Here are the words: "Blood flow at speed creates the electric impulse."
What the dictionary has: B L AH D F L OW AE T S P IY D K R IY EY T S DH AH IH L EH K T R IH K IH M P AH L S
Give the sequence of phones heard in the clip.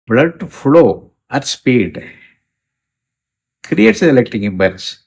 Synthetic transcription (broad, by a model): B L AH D F L OW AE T S P IY D K R IY EY T S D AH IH L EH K T IH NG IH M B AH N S